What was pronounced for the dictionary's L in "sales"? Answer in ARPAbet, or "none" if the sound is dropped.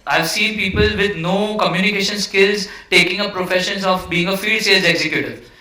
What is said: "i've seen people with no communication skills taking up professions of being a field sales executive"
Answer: none